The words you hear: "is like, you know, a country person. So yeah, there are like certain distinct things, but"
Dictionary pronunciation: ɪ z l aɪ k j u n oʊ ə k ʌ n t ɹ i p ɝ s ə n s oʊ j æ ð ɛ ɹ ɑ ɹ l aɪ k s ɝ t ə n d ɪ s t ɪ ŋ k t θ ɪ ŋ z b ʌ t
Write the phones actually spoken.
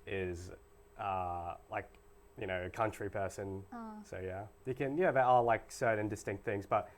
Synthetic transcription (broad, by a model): ɪ z l aɪ k j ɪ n oʊ ə k ʌ n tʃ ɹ i p ɝ s ə n s oʊ j æ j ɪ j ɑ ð l aɪ k s ɝ t n d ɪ s t ɪ ŋ k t θ ɪ ŋ z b ʌ t